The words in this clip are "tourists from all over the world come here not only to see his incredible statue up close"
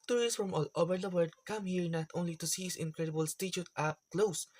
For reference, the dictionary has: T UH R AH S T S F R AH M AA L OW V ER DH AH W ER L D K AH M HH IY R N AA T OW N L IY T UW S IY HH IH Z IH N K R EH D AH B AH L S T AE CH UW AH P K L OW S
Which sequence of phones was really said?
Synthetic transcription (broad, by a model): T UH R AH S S F R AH M AA L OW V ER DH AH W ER D K AH M HH IY R N AA T OW N L IY T UW S IY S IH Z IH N K R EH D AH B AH L S T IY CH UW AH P K L OW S